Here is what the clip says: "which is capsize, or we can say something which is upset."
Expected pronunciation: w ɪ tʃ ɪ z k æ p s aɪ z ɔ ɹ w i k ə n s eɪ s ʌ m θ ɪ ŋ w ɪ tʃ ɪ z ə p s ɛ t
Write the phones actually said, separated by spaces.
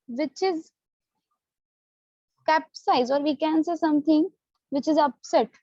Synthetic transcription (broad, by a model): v ɪ tʃ ɪ z k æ p s aɪ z ɔ ɹ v i k ə n s eɪ s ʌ m t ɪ ŋ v ɪ tʃ ɪ z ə p s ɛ t